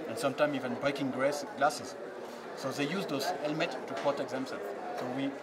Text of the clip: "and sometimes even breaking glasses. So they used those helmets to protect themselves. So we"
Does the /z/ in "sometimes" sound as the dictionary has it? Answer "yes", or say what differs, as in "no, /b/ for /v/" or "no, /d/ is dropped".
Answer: no, /z/ is dropped